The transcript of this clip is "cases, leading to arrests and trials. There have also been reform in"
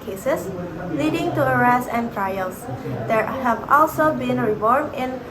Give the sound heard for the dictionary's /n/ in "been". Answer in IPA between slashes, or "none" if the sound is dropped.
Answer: /n/